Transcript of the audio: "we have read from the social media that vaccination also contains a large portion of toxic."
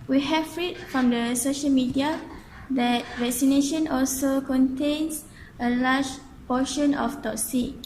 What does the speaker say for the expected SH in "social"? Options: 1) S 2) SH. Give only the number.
2